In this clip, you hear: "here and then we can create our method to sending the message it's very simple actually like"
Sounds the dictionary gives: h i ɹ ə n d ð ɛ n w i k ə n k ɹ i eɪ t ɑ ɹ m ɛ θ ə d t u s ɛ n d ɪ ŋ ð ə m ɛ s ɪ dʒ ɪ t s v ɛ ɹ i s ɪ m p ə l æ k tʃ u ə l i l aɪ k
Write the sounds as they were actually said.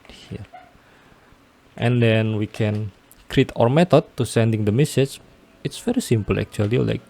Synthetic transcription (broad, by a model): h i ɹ ə n d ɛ n w i k ə n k ɹ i t ɑ ɹ m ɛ t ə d t u s ɛ n d ɪ ŋ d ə m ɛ s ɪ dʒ ɪ t s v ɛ ɹ i s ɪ m p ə l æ k tʃ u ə l i l aɪ k